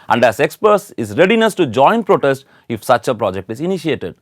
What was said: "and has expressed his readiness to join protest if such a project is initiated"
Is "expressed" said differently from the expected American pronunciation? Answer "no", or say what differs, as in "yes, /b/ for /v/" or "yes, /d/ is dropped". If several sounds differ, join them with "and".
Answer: yes, /ɹ/ is dropped